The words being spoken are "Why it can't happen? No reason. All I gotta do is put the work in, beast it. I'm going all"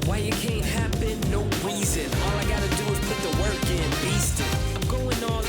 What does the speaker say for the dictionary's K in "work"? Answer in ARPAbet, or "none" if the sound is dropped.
K